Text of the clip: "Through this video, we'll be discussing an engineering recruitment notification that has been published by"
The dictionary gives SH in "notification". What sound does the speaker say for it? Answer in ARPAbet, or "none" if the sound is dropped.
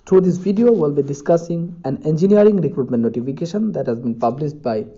SH